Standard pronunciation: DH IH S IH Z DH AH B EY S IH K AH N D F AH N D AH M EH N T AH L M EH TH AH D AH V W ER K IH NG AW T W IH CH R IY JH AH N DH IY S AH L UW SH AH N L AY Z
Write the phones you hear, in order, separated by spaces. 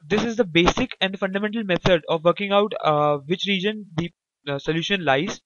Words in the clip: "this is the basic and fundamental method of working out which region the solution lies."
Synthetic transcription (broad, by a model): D IH S IH Z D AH B EY S IH K AH N D F AH N D AH M EH N T AH L M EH T AH D AH V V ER K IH NG AW T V IH CH R IY JH AH N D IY S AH L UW SH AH N L AY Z